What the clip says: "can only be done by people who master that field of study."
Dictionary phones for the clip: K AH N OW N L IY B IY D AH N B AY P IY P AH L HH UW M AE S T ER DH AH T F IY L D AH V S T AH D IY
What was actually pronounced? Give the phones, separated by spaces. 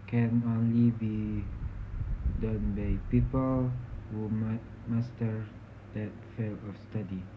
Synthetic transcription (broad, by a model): K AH N OW N L IY B IY D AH N B AY P IY P AH L HH UW M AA S T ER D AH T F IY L AH F S T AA D IY